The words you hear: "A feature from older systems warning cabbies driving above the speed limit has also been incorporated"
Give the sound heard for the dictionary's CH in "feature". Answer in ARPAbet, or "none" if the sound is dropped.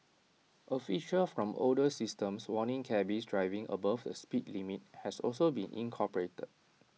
SH